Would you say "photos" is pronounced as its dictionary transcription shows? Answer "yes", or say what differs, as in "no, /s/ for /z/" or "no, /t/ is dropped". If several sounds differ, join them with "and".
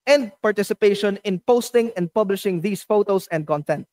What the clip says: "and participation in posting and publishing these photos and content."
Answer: no, /s/ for /z/